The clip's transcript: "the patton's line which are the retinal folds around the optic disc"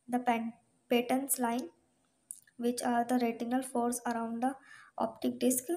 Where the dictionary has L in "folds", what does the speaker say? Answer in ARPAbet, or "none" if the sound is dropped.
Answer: none